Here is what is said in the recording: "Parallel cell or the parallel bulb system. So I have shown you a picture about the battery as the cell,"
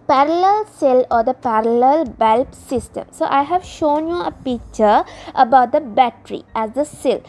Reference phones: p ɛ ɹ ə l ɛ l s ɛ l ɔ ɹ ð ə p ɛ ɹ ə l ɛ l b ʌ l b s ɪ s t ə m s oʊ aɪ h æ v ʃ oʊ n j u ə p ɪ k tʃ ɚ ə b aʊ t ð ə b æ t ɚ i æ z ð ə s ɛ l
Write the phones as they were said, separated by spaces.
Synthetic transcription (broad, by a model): p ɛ ɹ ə l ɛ l s ɛ l ɔ ɹ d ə p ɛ ɹ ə l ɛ l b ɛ l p s ɪ s t ə m s oʊ aɪ h æ v ʃ oʊ n j u ə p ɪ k tʃ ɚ ə b aʊ t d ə b æ t ɚ i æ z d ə s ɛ l